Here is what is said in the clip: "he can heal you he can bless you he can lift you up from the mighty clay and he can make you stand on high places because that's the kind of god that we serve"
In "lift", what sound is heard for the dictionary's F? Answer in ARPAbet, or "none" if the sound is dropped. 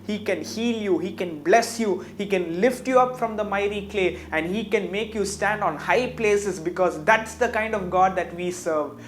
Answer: F